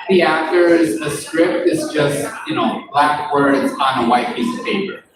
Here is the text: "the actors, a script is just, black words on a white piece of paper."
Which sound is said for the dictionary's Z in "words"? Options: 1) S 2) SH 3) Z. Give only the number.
3